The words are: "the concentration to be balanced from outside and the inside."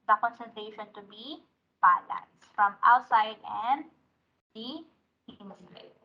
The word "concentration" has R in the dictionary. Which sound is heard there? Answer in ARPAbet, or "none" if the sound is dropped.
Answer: none